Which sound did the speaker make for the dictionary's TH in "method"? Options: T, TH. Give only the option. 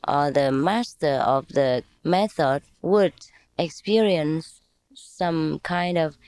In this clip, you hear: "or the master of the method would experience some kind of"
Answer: TH